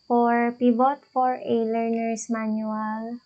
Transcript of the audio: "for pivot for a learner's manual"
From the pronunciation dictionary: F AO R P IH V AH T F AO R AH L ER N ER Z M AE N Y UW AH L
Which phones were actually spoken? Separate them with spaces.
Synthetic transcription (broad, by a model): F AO R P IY B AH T F AO R AH L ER N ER S M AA N Y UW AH L